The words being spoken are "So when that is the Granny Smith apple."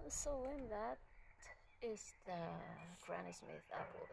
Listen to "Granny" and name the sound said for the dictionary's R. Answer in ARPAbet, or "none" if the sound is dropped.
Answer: R